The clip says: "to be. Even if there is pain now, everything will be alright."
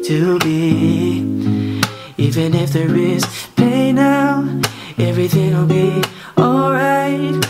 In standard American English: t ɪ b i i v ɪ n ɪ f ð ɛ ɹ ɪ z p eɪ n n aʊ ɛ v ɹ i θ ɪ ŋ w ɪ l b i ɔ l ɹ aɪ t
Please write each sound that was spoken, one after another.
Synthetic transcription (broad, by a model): t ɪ b i i v ɪ n ɪ f ð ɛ ɹ ɪ z p eɪ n n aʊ ɛ v ɹ i θ ɪ ŋ w ɪ l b i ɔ l ɹ aɪ t